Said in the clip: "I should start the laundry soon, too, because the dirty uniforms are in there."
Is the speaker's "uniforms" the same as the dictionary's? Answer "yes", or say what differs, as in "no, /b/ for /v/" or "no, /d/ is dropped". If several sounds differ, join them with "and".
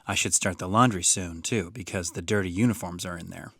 yes